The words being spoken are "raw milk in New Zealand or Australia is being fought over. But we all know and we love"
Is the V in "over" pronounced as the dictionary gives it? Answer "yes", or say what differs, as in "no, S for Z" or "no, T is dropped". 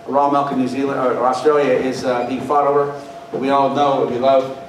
no, V is dropped